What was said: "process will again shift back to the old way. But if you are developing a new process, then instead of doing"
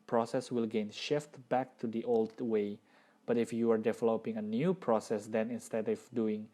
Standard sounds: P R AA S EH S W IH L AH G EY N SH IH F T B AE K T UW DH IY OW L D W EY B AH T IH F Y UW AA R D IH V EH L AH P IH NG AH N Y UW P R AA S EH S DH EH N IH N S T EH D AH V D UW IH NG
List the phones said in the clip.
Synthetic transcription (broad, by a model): P R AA S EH S W IH L G EY N SH IH F T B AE K T UW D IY OW L D W EY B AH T IH F Y UW AA R D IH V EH L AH P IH NG AH N Y UW P R AA S EH S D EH N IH N S T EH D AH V D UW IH NG